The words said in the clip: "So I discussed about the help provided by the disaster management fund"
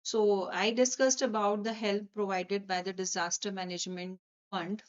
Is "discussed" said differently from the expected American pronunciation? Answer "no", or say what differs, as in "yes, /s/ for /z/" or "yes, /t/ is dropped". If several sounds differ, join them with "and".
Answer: no